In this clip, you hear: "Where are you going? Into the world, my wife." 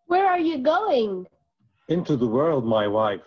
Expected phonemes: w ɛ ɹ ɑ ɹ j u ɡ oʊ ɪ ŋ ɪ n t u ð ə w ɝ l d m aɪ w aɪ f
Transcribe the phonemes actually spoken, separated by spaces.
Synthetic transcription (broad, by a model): w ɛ ɹ ɑ ɹ j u ɡ oʊ ɪ ŋ ɪ n t u ð ə w ɝ l d m aɪ w aɪ f